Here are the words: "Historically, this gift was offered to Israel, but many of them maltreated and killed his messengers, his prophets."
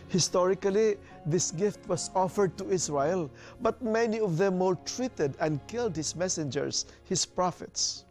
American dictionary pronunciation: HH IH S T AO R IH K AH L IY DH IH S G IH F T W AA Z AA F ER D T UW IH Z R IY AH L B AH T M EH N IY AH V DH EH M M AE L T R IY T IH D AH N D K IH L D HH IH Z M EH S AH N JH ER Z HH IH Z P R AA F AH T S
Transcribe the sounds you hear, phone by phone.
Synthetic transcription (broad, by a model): HH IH S T AO R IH K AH L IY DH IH S G IH F T W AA S AA F ER D T UW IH S R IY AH L B AH T M EH N IY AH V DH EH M M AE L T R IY T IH D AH N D K IH L D HH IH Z M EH S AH N JH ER S HH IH S P R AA F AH T S